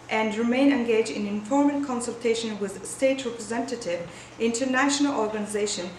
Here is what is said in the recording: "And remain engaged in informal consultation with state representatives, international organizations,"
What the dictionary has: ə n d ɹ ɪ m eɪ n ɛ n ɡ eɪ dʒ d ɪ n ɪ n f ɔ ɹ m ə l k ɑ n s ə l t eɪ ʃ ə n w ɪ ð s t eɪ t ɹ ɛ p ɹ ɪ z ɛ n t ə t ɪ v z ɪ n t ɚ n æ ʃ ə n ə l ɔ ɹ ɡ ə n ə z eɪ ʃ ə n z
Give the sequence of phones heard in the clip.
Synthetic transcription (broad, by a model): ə n d ɹ ɪ m eɪ n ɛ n ɡ eɪ dʒ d ɪ n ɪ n f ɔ ɹ m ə n k ɑ n s ə l t eɪ ʃ ə n w ɪ ð s t eɪ t ɹ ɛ p ɹ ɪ z ɛ n t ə t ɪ v ɪ n t ɚ n æ ʃ ə n ə l ɔ ɹ ɡ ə n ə z eɪ ʃ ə n